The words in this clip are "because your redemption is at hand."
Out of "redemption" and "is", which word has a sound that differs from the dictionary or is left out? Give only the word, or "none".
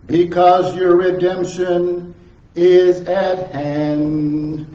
none